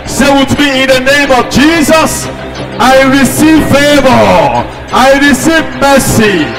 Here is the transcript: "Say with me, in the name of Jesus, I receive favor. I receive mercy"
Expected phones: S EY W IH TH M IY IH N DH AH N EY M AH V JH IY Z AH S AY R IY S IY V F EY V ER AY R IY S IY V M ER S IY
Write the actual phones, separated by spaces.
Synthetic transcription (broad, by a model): S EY W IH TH M IY IH N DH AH N EY M AH V JH IY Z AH S AY R IY S IY V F EY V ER AY R IY S IY V M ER S IY